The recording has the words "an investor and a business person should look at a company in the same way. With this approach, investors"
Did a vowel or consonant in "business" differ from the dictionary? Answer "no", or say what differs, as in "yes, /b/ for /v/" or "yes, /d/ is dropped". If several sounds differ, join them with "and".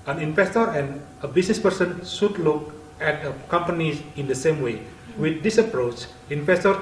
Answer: yes, /s/ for /z/